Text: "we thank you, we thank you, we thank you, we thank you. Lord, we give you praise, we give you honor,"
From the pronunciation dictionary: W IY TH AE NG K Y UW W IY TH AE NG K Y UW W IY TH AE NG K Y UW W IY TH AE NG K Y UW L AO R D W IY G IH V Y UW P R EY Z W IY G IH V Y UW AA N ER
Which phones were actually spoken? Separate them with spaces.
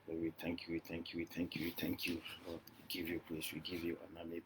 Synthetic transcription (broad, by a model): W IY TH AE NG K Y UW W IY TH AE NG K Y UW W IY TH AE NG K Y UW W IY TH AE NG K Y UW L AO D W IY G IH V Y UW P L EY S W IY G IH V Y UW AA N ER